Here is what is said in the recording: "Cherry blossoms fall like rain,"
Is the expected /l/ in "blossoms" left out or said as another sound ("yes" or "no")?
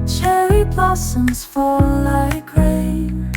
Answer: no